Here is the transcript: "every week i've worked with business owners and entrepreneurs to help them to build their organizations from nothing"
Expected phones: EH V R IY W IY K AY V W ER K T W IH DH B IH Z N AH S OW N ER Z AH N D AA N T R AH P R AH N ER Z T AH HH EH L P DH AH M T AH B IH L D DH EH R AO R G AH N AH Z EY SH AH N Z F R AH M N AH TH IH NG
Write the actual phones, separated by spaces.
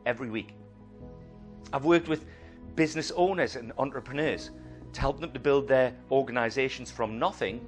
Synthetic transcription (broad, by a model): EH V R IY W IY K AY V W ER K T W IH DH B IH Z N AH S OW N ER Z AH N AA N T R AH P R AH N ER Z T AH HH EH L P DH AH M T AH B IH L D DH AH R AO R G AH N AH Z EY SH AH N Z F R AH M N AH TH IH NG